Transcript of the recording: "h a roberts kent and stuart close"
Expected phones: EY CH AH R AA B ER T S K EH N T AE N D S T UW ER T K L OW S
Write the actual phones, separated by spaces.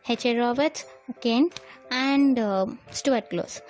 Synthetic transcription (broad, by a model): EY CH AH R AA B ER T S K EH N AE N D S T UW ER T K L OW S